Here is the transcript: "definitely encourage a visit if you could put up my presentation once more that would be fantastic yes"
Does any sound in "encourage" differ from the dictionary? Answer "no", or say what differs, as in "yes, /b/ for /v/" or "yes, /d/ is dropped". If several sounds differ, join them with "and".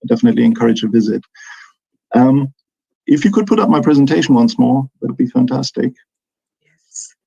no